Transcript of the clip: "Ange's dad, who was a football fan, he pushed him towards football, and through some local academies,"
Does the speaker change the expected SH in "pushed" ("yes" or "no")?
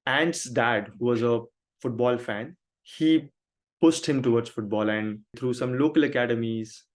yes